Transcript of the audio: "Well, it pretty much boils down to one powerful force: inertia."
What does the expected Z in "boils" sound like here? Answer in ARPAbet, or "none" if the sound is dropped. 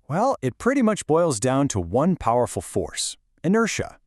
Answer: Z